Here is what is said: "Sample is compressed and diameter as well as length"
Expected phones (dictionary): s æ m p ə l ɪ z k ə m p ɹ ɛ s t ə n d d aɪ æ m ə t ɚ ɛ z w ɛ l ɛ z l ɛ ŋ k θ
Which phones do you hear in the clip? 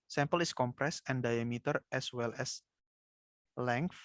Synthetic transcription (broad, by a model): s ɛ m p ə l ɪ s k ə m p ɹ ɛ s ə n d d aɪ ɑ m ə t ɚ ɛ s w ɛ l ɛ s l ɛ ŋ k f